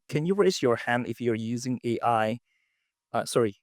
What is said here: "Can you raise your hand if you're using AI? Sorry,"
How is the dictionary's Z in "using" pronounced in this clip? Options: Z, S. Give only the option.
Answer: Z